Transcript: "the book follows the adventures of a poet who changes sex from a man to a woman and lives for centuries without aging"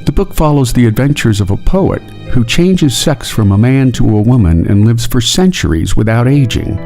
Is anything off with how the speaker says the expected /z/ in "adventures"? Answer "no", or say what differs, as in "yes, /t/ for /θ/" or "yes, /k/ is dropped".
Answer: no